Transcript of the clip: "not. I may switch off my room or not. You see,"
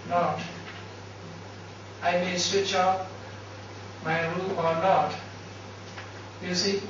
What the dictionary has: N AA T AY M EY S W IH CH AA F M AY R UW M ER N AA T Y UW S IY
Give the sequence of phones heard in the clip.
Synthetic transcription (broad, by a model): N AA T AY M EY S W IH CH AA P M AY R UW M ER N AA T Y UW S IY